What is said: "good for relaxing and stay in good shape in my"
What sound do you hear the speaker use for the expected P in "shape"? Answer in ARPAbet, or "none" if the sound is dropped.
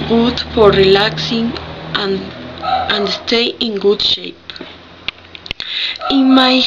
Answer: P